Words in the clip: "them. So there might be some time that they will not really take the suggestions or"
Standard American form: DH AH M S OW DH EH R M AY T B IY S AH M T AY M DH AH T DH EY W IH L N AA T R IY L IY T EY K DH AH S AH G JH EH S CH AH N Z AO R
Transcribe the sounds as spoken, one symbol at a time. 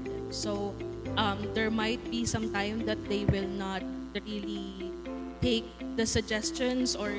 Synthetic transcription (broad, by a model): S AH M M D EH R M AY T B IY S AH M T AY M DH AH T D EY W IH L N AA T R IY L IY T EY K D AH S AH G JH EH S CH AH N S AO R